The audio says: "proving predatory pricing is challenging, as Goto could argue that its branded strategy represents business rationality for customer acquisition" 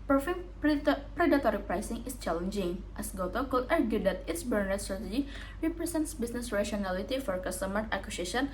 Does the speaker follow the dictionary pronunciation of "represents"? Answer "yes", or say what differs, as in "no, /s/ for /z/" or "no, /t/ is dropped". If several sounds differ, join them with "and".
no, /s/ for /z/